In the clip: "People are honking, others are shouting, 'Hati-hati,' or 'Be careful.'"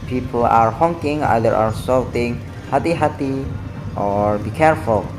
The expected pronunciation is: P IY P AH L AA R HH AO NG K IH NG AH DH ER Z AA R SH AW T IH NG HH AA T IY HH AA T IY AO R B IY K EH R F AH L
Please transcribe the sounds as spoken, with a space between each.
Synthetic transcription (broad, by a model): P IY P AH L AA R HH AO NG K IH NG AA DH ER AA R S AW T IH NG HH AA T IY HH AA T IY AO R B IY K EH R F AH L